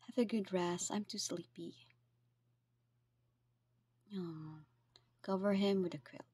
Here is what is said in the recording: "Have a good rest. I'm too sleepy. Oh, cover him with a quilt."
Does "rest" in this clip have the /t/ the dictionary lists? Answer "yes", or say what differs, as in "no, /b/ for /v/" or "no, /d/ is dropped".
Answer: no, /t/ is dropped